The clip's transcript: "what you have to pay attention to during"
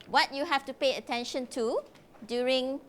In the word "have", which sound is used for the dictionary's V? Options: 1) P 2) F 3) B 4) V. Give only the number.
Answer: 2